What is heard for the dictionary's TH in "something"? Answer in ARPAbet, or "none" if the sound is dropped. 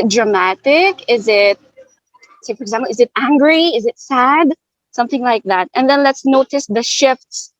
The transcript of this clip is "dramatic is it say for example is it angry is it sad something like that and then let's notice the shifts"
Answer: TH